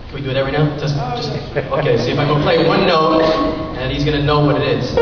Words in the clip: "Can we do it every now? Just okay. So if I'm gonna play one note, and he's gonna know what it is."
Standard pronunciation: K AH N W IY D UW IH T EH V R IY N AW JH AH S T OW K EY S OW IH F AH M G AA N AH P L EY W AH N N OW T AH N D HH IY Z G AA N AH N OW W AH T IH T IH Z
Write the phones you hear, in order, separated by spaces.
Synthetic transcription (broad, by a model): K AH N W IY D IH IH T EH V R IY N AW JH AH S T OW K EY S OW IH F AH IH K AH P L EY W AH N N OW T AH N HH IY Z G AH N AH N OW W AH T IH T IH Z